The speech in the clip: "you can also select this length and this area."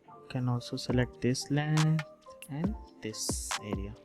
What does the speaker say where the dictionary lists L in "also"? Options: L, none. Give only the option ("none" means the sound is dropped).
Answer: none